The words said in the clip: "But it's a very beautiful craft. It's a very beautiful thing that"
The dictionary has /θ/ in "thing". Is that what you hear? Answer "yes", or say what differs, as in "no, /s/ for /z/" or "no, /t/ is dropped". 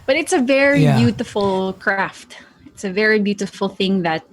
yes